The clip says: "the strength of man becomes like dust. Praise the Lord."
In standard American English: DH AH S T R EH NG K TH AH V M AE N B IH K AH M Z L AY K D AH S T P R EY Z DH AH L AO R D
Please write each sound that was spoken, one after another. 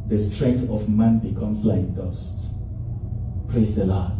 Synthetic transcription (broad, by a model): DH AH S T R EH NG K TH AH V M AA N B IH K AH M S L AY K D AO S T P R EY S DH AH L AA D